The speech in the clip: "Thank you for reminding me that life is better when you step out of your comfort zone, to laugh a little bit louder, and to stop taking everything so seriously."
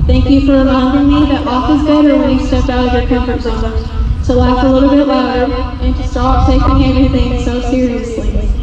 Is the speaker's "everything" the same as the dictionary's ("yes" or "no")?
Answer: yes